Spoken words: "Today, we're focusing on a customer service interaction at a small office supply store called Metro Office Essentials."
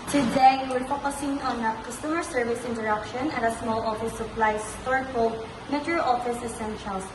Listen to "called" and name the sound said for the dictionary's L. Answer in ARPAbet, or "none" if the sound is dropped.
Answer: none